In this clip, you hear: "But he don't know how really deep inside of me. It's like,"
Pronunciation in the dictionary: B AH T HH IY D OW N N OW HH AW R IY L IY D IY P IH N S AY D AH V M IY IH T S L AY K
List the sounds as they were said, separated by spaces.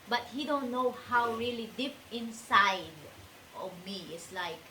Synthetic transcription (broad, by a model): B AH T HH IY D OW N N OW HH AW R IY L IY D IY P IH N S AY D AH V M IY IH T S L AY K